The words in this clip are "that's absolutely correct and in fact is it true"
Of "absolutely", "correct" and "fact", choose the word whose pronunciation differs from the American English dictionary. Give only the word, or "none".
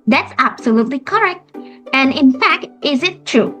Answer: none